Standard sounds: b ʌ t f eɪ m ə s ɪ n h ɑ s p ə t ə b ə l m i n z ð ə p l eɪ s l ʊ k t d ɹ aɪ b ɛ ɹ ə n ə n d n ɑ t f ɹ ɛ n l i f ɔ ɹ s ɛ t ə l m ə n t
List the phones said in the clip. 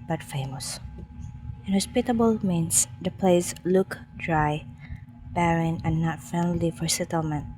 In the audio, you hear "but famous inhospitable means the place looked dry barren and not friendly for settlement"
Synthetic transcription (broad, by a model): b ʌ t f eɪ m ə s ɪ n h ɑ s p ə t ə b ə l m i n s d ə p l eɪ s l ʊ k d ɹ aɪ b ɛ ɹ ə n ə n n ɑ t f ɛ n l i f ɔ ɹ s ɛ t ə l m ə n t